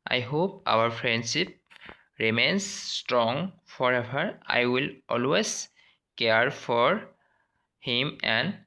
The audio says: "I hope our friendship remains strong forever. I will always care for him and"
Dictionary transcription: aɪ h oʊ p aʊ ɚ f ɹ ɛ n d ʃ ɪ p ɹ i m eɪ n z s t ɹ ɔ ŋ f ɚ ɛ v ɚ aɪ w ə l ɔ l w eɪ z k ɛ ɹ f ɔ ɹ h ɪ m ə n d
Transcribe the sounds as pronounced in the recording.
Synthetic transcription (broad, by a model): aɪ h oʊ p aʊ ɚ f ɹ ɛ n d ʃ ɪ p ɹ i m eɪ n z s t ɹ ɔ ŋ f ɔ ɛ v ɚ aɪ w ə l ɔ l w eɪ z k ɛ ɹ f ɔ ɹ h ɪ m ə n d